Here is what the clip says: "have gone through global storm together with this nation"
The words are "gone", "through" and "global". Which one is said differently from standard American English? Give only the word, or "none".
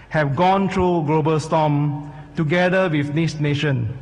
through